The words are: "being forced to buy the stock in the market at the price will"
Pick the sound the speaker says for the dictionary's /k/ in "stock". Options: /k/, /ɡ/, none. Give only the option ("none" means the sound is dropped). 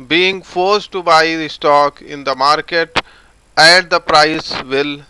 /k/